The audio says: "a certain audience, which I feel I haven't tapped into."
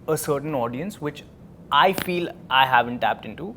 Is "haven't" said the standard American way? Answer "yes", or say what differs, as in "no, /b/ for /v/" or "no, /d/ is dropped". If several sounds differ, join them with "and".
yes